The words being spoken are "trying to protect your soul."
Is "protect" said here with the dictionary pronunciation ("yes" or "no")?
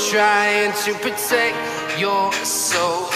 yes